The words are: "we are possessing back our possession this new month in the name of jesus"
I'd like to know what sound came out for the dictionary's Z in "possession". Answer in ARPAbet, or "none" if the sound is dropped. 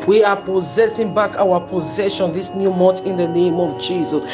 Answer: Z